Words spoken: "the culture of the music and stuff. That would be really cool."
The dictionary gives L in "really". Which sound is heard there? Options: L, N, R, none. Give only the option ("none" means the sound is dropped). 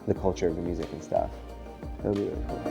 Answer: none